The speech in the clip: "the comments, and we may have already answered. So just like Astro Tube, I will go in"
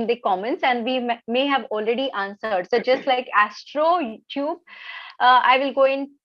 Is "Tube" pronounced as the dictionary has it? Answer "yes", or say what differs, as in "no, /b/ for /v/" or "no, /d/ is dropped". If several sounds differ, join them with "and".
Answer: yes